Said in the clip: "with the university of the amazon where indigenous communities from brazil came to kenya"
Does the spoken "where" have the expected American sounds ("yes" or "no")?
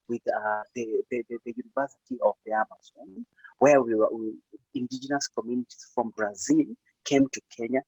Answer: no